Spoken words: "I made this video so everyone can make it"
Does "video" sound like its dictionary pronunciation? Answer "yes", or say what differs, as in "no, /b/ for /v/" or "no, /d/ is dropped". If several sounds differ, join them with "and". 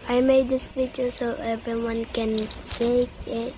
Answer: no, /p/ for /v/